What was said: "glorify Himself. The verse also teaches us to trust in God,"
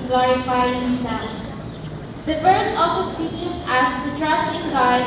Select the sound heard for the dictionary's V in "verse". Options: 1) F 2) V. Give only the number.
1